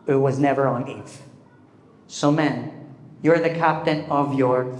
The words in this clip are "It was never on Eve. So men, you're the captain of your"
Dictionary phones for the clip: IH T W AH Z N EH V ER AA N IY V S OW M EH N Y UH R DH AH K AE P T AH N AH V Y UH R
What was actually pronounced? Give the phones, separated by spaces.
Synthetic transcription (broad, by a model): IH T W AH Z N EH V ER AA N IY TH S OW M EH N Y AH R DH AH K AE P T AH N AH V Y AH R